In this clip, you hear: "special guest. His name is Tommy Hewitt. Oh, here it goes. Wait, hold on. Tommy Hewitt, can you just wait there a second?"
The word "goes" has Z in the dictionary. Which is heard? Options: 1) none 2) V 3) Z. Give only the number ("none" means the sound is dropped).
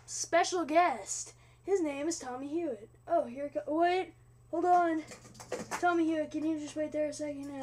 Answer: 1